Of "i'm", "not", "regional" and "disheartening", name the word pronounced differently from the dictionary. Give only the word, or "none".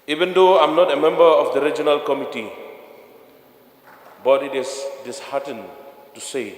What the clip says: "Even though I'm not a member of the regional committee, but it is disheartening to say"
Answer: disheartening